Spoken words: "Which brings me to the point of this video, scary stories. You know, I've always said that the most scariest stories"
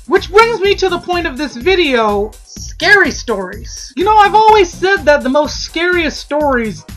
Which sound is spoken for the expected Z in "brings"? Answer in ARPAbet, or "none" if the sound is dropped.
Z